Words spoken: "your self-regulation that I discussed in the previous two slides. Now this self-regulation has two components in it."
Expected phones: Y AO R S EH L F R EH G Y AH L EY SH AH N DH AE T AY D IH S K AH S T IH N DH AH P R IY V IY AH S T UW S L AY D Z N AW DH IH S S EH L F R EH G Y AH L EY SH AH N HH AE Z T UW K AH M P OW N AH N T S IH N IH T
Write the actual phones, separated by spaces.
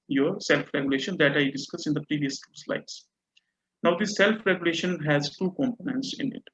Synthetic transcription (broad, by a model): Y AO R S EH L F R EH G Y AH L EY SH AH N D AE T AY D IH S K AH S IH N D AH P R IY V IY AH S T UW S L AY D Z N AW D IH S S EH L F R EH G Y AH L EY SH AH N HH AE Z T UW K AH M P OW N AH N T S IH N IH T